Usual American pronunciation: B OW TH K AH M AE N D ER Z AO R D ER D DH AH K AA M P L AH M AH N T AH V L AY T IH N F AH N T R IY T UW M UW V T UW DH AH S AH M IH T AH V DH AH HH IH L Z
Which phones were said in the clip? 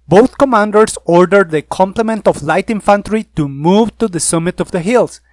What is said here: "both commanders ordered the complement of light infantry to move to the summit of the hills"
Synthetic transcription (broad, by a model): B OW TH K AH M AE N D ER S AO R D ER D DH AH K AA M P L AH M AH N T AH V L AY T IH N F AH N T R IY T UW M UW V T UW DH AH S AH M IH T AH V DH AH HH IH L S